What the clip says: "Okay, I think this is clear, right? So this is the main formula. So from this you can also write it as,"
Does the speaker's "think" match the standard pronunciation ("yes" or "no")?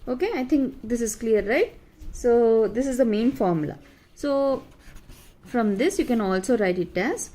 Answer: no